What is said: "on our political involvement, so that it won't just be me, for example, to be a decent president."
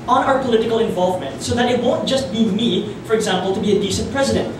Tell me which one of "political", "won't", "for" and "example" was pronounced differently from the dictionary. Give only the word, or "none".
none